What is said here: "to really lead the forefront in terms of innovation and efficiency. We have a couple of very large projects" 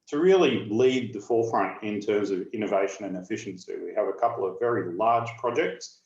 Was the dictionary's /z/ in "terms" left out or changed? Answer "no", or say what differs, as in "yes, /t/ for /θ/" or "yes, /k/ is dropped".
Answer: no